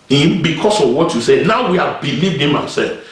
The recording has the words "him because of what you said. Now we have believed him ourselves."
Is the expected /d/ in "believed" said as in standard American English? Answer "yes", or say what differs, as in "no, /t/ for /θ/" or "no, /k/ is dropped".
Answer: yes